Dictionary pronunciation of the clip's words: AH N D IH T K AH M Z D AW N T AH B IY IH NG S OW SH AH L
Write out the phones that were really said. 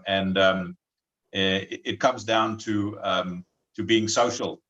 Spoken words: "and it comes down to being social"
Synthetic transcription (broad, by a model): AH N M IH T K AH M Z D AW N T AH B IY IH NG S OW SH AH L